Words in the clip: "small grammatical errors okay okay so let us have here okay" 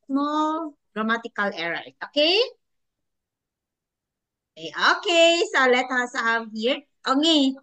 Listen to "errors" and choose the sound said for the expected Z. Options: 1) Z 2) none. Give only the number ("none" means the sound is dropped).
2